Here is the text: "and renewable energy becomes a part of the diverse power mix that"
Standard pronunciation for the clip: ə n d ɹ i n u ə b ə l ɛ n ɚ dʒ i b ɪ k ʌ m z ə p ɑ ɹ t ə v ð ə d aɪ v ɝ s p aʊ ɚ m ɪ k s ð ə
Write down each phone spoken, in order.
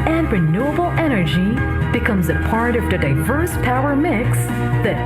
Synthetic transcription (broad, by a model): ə n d ɹ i n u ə b l ɛ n ɚ dʒ i b ɪ k ʌ m z ə p ɑ ɹ t ə v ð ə d aɪ v ɝ s p aʊ ɚ m ɪ k s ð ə